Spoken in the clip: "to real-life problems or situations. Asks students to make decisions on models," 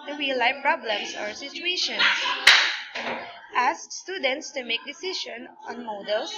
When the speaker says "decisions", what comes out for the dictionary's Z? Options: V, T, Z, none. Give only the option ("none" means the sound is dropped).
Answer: none